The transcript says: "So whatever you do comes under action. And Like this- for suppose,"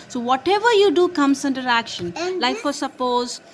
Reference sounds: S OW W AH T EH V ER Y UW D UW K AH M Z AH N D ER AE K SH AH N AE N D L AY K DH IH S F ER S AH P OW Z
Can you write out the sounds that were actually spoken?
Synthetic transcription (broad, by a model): S OW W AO T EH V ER Y UW D UW K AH M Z AH N D ER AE K SH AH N N L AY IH F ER S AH P OW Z